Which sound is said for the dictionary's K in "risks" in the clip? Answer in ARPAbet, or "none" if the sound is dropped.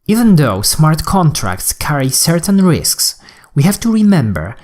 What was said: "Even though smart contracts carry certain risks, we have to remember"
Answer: K